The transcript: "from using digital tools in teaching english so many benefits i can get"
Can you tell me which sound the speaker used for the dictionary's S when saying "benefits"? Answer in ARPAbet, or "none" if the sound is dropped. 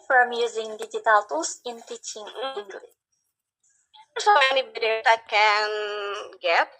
none